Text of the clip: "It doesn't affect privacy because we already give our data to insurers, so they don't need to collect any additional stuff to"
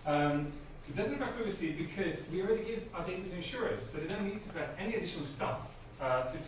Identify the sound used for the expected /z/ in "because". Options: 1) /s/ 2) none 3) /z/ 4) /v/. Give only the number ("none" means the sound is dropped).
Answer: 3